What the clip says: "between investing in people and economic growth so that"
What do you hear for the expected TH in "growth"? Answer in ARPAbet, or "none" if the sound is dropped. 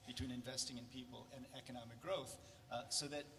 TH